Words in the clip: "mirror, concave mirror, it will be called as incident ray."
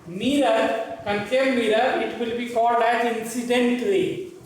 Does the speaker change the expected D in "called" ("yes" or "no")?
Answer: no